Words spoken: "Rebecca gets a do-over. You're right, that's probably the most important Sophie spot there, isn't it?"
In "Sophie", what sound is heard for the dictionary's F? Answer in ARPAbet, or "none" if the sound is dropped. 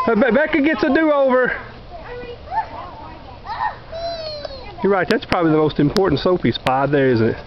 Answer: P